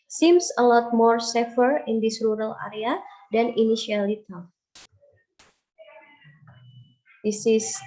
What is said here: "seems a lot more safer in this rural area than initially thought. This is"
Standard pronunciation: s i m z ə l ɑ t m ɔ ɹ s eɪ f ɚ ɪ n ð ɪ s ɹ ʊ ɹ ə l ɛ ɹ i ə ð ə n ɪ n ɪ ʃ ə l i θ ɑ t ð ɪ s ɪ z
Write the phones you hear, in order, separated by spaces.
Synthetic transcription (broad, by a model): s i m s ə l ɑ t m ɔ ɹ s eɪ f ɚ ɪ n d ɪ s ɹ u ɹ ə l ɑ ɹ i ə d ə n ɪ n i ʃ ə l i t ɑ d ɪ s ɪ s